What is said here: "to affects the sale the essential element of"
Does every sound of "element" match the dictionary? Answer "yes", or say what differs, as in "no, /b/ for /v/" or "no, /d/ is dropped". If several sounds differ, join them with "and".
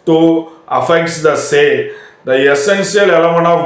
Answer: no, /t/ is dropped